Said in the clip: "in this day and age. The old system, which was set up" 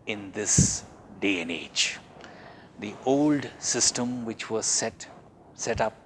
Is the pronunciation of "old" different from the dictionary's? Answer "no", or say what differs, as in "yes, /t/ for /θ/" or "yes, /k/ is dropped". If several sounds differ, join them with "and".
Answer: no